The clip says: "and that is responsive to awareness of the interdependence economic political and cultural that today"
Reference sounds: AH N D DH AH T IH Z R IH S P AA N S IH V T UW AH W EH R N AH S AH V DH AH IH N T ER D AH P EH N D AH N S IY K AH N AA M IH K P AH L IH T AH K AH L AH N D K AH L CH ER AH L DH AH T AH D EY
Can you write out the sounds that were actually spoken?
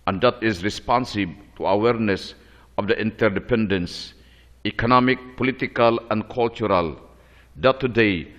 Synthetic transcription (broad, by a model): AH N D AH T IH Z R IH S P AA N S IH B T UW AH W EH R N AH S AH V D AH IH N T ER D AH P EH N D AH N S IY K AH N AA M IH K P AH L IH T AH K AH L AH N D K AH L CH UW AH L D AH T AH D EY